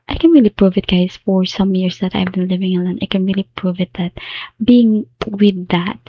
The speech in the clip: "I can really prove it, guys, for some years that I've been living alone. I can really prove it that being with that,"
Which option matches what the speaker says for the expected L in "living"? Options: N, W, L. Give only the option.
L